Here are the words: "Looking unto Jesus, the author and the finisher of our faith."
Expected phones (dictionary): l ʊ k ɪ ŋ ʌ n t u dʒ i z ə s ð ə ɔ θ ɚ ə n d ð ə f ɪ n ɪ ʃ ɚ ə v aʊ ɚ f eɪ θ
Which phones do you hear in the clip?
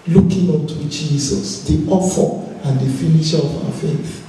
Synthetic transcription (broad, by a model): l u k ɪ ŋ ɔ n t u dʒ i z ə s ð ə ɔ f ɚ ə n d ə f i n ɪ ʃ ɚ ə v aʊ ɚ f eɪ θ